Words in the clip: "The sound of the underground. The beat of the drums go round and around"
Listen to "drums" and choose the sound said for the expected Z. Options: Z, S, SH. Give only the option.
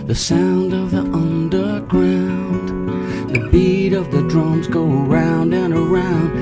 Z